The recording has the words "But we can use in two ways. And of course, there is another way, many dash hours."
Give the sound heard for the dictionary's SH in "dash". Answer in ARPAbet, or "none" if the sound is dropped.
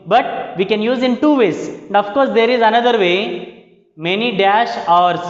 SH